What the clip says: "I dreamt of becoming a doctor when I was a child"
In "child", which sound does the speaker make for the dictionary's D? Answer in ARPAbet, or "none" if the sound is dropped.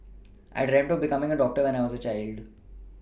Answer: D